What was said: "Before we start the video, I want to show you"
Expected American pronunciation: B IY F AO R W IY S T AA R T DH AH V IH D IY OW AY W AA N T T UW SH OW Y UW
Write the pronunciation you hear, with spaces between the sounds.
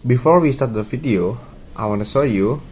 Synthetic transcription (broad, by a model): B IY F AO R W IY S T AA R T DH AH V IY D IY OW AY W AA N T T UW S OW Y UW